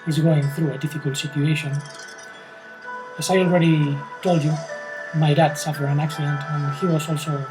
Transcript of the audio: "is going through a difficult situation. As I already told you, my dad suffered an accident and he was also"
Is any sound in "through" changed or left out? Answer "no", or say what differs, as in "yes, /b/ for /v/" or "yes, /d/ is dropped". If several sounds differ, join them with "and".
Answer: no